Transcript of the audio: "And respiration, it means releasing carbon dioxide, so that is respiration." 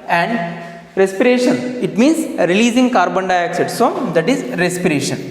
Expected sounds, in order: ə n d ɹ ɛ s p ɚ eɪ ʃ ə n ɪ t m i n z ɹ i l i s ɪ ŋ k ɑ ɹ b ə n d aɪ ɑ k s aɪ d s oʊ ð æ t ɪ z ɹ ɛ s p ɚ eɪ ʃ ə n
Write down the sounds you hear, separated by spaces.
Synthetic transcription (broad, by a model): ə n d ɹ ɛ s p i eɪ ʃ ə n ɪ t m i n s ɹ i l i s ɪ ŋ k ɑ ɹ b ə n d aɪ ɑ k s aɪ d s oʊ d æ t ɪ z ɹ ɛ s p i eɪ ʃ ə n